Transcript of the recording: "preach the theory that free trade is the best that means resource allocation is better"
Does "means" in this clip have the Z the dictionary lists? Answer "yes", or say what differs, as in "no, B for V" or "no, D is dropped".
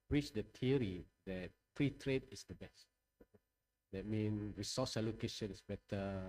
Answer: no, Z is dropped